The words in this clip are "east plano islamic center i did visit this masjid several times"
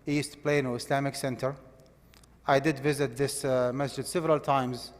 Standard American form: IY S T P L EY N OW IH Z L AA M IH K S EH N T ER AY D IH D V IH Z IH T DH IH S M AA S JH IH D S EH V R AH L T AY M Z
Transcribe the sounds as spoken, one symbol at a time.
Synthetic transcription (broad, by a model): IY S T P L EY N OW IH S L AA M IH K S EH N T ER AY D IH D V IH Z IH T DH IH S M AA S JH IH D S EH V R AH L T AY M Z